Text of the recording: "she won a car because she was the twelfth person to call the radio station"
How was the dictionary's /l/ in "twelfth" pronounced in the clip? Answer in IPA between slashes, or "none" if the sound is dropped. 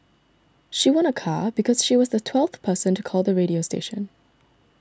/l/